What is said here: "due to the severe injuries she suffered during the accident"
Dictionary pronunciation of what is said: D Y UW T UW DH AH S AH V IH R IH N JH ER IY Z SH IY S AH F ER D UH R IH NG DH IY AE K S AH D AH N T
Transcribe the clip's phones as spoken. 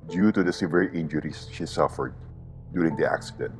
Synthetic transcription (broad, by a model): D Y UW T UW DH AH S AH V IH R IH N JH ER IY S SH IY S AH F ER D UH R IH NG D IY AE K S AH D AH N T